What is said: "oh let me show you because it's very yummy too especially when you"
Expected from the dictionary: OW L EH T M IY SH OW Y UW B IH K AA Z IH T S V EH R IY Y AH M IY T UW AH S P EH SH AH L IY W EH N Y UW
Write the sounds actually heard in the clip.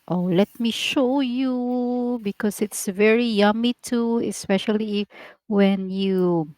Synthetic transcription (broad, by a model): OW L EH T M IY SH OW Y UW B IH K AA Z IH T S V EH R IY Y AH M IY T UW AH S P EH SH AH L IY W EH N Y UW